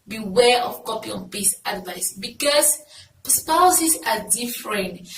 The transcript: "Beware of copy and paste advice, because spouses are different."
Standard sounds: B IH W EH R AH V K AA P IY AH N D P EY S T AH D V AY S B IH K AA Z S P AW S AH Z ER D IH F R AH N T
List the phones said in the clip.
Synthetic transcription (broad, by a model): B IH W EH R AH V K AA P IY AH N P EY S AH D V AY S B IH K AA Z S P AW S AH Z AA D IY F R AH N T